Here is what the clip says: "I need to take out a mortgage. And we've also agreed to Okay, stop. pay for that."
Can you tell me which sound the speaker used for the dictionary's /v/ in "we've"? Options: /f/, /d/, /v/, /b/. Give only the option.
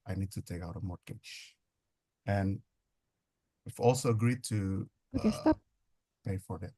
/f/